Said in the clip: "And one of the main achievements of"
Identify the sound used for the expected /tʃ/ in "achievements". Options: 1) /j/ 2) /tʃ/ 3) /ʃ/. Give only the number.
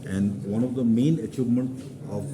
2